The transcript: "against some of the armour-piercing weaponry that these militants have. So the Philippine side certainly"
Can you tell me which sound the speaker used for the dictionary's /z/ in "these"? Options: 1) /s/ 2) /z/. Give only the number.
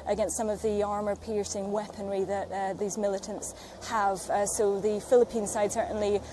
2